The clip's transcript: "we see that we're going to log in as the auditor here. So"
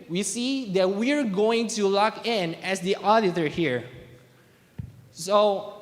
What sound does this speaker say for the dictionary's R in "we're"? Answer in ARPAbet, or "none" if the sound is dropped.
R